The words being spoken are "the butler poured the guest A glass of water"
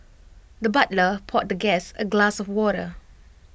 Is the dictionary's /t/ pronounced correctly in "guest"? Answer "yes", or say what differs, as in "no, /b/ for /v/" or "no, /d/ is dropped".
no, /t/ is dropped